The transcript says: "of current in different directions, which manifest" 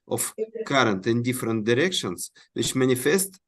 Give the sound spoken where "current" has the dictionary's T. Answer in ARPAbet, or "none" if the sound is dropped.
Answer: T